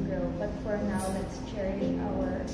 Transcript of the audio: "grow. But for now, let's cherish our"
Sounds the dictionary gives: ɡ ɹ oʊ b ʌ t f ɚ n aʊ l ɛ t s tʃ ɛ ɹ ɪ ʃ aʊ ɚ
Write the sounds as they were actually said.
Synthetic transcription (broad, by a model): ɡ ɹ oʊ b ʌ t f ɚ n aʊ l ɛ t s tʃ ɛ ɹ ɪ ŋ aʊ ɚ